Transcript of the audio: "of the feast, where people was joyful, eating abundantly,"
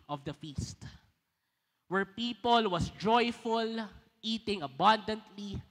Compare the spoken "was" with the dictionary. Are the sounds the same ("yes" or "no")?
no